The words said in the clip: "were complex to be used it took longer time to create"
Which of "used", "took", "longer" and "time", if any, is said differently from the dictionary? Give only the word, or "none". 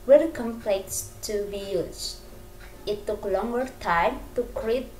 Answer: used